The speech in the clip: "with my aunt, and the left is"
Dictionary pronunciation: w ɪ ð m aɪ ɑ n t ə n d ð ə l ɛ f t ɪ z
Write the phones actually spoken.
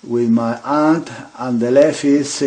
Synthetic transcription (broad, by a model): w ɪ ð m aɪ ɑ n t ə n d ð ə l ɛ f ɪ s